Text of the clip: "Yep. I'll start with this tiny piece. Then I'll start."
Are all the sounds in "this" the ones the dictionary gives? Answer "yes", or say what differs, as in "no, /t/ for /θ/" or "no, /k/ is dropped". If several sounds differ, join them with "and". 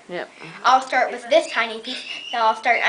yes